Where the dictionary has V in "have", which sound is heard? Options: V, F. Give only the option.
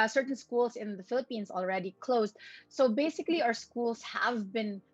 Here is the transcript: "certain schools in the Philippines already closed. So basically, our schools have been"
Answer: V